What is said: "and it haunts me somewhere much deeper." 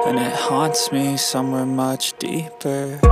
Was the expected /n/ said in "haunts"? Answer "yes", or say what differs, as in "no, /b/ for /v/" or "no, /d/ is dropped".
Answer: yes